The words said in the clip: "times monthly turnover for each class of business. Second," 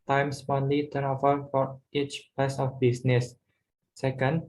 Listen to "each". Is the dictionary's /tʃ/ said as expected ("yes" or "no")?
yes